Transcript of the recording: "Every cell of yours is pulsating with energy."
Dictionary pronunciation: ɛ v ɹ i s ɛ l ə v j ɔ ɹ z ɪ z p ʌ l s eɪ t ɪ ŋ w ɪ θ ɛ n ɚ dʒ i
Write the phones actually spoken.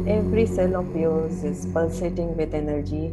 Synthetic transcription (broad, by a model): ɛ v ɹ i s ɛ l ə p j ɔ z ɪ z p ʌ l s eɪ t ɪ ŋ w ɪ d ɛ n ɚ dʒ i